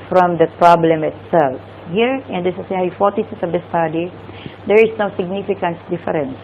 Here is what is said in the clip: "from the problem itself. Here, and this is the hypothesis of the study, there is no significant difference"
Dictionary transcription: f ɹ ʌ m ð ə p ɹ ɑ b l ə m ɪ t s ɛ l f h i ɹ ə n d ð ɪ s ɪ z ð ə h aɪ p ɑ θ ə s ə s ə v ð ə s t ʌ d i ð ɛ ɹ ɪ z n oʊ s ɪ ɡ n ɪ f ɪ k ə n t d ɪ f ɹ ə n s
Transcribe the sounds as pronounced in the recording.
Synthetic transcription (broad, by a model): f ɹ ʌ m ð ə p ɹ ɑ b l ə m ɪ t s ɛ l f h i ɹ ə n d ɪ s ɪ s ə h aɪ f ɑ t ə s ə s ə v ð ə s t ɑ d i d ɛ ɹ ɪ s n oʊ s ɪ ɡ n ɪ f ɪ k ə n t d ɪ f ɹ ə n s